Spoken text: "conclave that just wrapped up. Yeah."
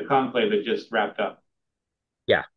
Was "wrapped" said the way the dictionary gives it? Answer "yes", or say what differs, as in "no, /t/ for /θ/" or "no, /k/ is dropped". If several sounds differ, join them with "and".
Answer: yes